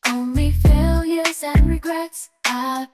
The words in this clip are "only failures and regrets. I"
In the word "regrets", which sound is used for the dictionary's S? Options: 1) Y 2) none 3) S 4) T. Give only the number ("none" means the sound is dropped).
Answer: 3